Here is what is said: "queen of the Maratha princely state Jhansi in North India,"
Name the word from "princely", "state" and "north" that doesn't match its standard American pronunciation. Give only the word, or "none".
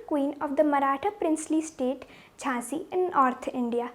north